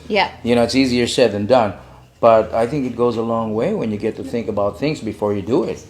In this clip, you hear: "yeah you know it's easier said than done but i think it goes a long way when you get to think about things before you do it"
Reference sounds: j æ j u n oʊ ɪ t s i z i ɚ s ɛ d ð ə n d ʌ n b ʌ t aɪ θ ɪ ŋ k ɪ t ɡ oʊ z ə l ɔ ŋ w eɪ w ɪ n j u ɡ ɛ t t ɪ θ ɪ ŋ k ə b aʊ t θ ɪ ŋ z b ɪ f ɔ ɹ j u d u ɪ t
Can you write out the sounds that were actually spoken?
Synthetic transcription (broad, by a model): j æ j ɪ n oʊ ɪ t s i z i ɚ s ɛ d ð ə n d ʌ n b ʌ t aɪ θ ɪ ŋ k ɪ t ɡ oʊ z ə l ɔ ŋ w eɪ w ɪ n j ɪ ɡ ɛ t t ɪ θ ɪ ŋ k ə b aʊ t θ ɪ ŋ z b ɪ f ɔ ɹ j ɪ d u ɪ t